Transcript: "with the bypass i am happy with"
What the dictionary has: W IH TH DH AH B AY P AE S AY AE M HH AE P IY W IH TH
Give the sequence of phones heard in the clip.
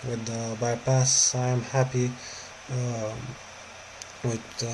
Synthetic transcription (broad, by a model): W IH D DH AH B AY P AE S AY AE M HH AE P IY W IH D